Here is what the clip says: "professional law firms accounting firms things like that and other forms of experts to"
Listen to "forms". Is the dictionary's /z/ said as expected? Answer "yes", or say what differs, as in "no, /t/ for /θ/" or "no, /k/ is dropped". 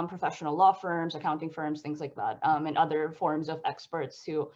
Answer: yes